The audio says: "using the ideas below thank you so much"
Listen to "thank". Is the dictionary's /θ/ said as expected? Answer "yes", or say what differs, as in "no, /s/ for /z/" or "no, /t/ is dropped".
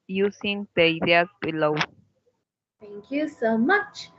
no, /t/ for /θ/